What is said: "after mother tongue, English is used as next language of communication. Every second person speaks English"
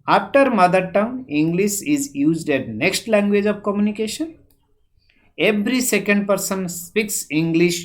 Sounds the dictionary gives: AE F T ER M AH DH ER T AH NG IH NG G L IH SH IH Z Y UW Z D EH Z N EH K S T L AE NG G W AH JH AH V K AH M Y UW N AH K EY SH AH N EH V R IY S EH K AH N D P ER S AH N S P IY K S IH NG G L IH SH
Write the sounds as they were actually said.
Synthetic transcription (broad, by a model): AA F T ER M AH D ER T AH NG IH NG G L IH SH IH Z Y UW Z D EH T N EH K S T L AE NG G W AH JH AH V K AH M Y UW N AH K EY SH AH N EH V R IY S EH K AH N D P ER S AH N S P IY K S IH NG G L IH SH